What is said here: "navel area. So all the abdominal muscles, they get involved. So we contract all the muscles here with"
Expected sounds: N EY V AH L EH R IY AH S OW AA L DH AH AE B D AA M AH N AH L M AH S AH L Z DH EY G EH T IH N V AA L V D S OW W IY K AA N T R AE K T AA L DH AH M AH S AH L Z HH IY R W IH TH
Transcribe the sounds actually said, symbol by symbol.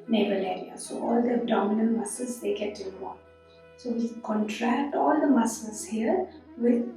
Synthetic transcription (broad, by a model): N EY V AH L EH R IY AH S OW AA L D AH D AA M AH N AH N M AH S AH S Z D EY G EH T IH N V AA S OW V IY K AA N T R AE K T AA L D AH M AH S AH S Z HH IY R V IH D